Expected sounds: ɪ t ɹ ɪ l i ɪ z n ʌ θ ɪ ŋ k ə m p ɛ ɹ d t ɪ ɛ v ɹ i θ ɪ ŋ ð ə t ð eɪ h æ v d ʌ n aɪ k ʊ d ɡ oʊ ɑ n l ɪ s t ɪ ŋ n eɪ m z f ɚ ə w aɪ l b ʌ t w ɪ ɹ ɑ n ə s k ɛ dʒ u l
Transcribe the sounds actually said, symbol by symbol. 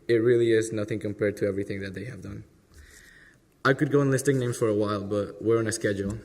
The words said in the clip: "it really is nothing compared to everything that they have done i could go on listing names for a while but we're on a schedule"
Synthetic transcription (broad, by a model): ɪ t ɹ ɪ l i ɪ z n ʌ θ ɪ ŋ k ə m p ɛ ɹ d t ɪ ɛ v ɹ i θ ɪ ŋ ð ə t ð eɪ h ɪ v d ʌ n aɪ k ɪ d ɡ oʊ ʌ n l ɪ s t ɪ ŋ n eɪ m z f ɚ ə w aɪ l b ʌ t w ɪ ɹ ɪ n ə s k ɛ dʒ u l